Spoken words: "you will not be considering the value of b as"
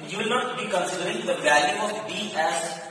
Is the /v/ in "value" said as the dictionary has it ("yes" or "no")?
no